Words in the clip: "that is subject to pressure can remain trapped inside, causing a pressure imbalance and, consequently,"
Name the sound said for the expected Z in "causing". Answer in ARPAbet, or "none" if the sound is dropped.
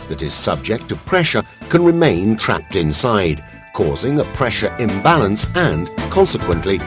Z